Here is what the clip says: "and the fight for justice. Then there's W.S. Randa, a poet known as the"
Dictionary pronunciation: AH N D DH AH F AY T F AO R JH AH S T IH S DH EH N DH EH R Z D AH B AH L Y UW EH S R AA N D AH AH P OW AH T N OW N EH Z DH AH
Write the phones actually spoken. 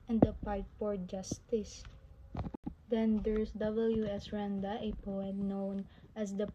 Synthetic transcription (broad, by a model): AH N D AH P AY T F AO R JH AH S T IH S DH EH N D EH R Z D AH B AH L Y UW EH S R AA N D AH AH P OW AH T N OW N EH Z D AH